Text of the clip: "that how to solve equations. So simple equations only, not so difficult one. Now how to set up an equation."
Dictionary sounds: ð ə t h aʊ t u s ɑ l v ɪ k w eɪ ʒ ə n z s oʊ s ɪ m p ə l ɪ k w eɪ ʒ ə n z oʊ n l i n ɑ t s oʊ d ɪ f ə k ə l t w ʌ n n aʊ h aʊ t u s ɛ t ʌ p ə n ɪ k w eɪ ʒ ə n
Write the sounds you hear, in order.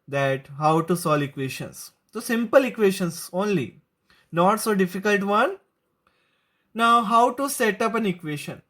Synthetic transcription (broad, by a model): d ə t h aʊ t u s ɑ l ɪ k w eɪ ʃ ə n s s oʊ s ɪ m p ə l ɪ k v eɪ ʃ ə n s oʊ n l i n ɑ t s oʊ d ɪ f ə k ə l t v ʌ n n aʊ h aʊ t u s ɛ t ʌ p ə n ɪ k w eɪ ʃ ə n